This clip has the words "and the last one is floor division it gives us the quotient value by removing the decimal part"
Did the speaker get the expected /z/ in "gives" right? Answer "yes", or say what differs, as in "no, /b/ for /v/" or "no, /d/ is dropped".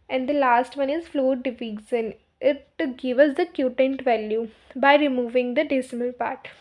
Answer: no, /z/ is dropped